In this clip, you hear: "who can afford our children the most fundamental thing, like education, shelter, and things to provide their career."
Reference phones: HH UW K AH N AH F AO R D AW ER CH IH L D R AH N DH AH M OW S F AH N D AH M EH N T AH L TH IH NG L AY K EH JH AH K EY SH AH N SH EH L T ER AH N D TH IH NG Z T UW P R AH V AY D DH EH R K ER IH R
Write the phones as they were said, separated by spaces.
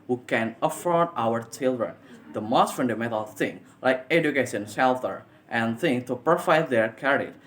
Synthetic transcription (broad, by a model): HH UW K AH N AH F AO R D AW ER CH IH L D R AH N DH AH M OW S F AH N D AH M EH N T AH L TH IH NG L AY K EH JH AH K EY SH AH N S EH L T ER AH N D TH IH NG T UW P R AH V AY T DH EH R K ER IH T